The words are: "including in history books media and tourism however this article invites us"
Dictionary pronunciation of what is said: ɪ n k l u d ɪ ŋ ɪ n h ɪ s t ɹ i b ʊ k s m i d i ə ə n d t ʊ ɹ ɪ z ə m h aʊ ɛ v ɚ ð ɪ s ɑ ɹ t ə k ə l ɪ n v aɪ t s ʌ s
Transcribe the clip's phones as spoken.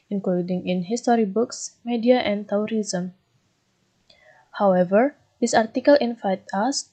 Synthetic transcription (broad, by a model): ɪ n k l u d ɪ ŋ ɪ n h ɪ s t ɹ i b ʊ k s m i d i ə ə n t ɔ ɹ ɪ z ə m h aʊ ɛ v ɚ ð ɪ s ɑ ɹ t ə k ə l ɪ n f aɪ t ʌ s